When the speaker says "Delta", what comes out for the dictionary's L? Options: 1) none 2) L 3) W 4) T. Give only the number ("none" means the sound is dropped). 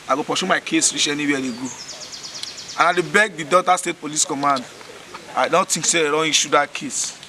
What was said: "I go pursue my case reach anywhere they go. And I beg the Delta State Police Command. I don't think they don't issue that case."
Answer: 1